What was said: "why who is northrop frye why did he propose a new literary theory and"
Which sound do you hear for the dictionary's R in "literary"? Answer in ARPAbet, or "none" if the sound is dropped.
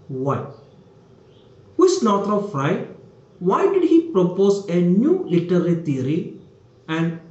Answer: L